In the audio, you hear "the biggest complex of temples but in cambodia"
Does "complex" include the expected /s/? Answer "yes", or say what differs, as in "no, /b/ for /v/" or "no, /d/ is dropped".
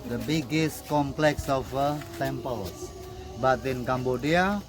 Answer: yes